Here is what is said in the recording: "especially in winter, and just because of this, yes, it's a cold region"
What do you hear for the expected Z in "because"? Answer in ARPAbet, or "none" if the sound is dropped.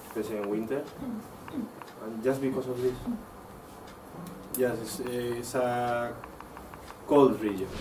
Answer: S